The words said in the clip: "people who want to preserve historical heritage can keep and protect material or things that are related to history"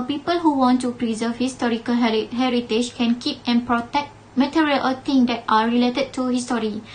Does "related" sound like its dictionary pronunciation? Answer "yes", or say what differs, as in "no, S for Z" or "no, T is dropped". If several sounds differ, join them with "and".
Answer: yes